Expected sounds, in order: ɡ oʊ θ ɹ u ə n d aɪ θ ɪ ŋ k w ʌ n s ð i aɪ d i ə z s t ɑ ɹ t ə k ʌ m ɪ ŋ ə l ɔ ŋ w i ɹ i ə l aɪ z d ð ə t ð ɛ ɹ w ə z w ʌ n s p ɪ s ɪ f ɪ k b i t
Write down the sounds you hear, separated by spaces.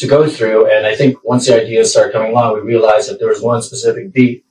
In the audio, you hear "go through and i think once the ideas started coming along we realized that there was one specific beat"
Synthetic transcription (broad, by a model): ɡ oʊ θ ɹ u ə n aɪ θ ɪ ŋ k w ʌ n s ð i aɪ d i ə z s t ɑ ɹ t k ʌ m ɪ ŋ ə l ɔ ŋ w i ɹ i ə l aɪ z ð ə t ð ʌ ɹ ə z w ʌ n s p ɪ s ɪ f ɪ k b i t